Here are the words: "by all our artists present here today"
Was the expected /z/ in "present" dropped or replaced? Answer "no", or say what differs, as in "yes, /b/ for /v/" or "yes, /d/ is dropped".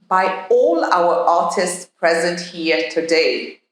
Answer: no